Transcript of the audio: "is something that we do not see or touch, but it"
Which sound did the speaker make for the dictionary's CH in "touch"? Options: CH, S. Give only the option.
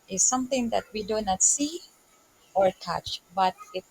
CH